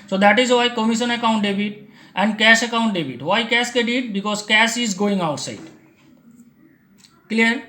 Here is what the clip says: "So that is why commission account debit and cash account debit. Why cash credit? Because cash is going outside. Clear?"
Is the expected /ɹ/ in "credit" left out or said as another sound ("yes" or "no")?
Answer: yes